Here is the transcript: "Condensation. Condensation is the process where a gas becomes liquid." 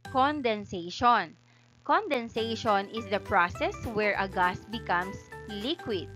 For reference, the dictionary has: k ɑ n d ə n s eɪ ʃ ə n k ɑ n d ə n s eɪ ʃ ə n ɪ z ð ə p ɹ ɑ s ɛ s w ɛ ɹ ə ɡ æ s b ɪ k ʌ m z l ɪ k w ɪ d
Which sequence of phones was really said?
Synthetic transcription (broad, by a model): k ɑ n d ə n s eɪ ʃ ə n k ɑ n d ə n s eɪ ʃ ə n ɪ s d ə p ɹ ɑ s ɛ s w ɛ ɹ ə ɡ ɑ s b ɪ k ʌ m s l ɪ k w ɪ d